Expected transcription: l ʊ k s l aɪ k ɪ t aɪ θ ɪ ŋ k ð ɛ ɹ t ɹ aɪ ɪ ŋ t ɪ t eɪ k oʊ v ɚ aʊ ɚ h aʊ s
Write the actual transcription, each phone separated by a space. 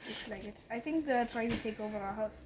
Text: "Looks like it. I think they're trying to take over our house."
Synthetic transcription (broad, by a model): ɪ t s l aɪ k ɪ t aɪ θ ɪ ŋ k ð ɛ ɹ t ɹ aɪ ɪ ŋ t ɪ t eɪ k oʊ v ɚ aʊ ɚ h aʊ s